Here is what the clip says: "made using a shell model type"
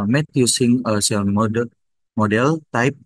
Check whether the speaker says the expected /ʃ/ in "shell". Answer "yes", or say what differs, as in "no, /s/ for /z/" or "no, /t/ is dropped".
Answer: no, /s/ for /ʃ/